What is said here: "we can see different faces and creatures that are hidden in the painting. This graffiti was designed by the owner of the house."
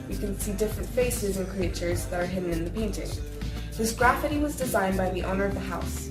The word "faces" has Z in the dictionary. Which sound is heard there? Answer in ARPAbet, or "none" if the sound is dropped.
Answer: Z